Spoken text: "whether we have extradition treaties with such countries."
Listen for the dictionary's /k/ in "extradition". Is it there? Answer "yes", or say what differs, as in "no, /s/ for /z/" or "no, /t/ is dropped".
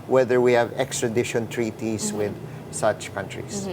yes